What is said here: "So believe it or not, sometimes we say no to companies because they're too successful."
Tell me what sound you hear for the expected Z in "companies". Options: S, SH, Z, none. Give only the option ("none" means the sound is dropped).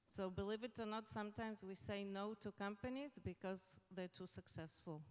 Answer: Z